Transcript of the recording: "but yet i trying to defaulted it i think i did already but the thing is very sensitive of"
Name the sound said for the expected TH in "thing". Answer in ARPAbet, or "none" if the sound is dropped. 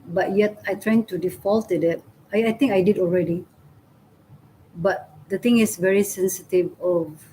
T